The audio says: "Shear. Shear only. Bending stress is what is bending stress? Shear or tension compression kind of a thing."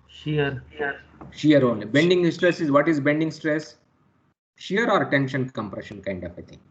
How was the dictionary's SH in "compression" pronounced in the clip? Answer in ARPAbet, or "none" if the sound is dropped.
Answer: SH